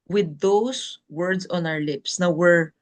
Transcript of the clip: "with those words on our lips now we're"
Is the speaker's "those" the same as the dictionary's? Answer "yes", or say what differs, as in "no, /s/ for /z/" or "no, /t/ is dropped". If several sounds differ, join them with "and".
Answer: no, /s/ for /z/